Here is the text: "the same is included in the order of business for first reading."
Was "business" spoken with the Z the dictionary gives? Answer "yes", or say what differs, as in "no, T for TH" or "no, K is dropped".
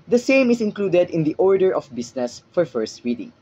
no, S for Z